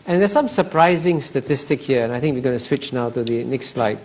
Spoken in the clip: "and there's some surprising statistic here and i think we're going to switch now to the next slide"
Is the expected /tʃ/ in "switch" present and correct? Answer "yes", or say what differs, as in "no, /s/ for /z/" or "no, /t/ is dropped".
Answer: yes